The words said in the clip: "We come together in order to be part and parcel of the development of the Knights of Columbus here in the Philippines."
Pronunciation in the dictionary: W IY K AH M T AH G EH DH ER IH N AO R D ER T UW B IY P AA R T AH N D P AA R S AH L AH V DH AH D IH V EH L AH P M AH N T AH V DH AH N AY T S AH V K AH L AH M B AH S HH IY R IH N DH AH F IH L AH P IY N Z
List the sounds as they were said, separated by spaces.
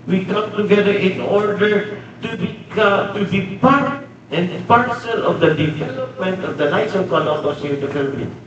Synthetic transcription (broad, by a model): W IY K AH M T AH G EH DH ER IH N AO R D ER T UW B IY P AA R T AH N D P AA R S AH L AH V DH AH D IH V EH L AH P M AH N T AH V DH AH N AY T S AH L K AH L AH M AH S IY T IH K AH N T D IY